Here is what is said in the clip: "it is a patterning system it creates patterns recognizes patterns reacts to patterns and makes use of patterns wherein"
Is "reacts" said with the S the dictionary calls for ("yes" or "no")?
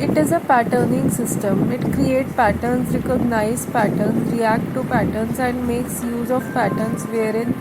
no